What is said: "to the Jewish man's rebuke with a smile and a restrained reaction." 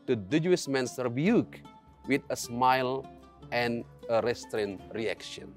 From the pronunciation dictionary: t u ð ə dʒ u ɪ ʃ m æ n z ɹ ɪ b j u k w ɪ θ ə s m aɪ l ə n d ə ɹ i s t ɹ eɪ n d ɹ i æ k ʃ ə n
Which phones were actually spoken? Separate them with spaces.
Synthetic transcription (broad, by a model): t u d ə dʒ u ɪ s m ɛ n s ɹ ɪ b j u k w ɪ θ ə s m aɪ l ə n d ə ɹ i s t ɹ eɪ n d ɹ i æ k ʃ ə n